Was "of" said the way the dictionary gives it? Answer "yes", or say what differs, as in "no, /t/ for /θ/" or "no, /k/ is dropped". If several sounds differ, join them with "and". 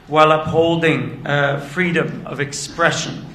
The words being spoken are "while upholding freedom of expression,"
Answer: yes